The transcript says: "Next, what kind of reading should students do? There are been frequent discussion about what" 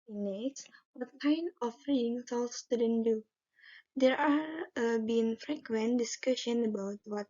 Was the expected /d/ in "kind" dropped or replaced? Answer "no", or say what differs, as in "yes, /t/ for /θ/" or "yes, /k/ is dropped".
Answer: yes, /d/ is dropped